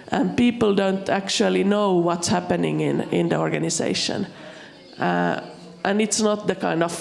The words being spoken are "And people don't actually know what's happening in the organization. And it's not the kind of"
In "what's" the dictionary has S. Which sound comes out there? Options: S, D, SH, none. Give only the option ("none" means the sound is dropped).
S